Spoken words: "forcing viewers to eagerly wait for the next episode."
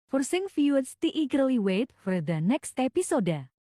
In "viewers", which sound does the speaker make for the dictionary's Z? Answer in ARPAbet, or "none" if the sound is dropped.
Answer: S